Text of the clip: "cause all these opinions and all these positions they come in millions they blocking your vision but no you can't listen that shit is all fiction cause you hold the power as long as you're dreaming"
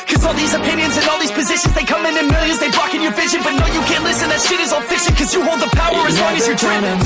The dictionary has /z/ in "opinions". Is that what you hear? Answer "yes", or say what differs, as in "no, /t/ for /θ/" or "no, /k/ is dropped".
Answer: yes